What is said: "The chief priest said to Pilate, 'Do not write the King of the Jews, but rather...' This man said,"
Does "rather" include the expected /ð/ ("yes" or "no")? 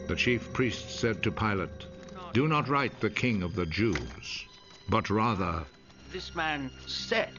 yes